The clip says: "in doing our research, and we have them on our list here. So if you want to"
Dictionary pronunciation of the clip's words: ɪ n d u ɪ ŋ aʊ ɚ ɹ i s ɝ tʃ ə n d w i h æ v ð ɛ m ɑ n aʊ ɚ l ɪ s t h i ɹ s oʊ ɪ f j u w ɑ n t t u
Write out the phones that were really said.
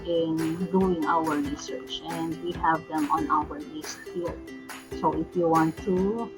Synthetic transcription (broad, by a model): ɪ n d u ɪ ŋ aʊ ɚ ɹ i s ɝ tʃ ə n d w i h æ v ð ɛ m ɑ n aʊ ɚ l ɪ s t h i l s oʊ ɪ f j u w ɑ n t t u